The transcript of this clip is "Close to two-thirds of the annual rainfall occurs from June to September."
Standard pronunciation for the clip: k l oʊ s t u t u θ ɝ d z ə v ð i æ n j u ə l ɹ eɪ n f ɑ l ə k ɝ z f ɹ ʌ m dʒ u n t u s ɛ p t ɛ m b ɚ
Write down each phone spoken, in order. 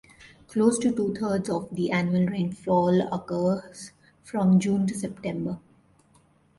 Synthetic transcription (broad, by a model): k l oʊ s t u t u t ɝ d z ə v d i æ n j u ə l ɹ eɪ n f ɑ l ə k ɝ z f ɹ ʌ m dʒ u n t u s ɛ p t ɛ m b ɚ